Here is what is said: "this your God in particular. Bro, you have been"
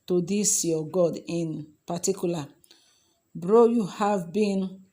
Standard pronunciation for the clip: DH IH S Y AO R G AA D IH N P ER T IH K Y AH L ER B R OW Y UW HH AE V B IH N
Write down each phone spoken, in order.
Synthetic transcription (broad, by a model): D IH S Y AO G AA D IH N P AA T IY K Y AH L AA B R OW Y UW HH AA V B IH N